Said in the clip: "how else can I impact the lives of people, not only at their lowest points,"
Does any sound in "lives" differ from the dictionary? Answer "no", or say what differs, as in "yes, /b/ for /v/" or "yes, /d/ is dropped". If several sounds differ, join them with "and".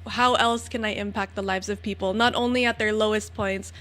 no